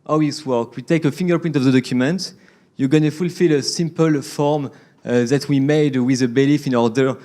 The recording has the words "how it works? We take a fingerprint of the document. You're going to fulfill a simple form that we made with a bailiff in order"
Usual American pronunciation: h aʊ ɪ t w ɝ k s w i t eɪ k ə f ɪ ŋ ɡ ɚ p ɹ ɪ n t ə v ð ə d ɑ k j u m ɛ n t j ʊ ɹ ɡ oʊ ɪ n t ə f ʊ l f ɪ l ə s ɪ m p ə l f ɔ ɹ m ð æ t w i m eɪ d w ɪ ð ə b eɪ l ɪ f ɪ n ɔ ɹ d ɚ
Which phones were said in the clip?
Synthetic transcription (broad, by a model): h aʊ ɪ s w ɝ k w i t eɪ k ə f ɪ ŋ ɡ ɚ p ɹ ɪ n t ə v ð ə d ɑ k j u m ɛ n t j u ɡ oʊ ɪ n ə f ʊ l f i l ə s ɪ m p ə l f ɔ ɹ m ð æ t w i m eɪ d w ɪ ð ə b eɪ l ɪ f ɪ n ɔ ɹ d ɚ